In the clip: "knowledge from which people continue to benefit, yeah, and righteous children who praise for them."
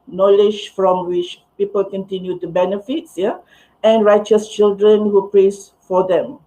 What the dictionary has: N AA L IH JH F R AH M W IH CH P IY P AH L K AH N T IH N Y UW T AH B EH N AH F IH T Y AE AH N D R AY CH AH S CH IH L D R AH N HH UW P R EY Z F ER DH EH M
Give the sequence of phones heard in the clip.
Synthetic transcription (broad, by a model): N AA L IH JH F R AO M W IH CH P IY P AH L K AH N T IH N Y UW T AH B EH N AH F IH T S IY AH N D R AY CH AH S CH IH L D R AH N HH UW P R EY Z F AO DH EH M